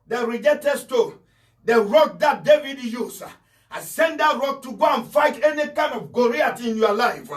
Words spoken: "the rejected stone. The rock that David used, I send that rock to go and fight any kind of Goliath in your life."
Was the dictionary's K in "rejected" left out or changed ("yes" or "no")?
yes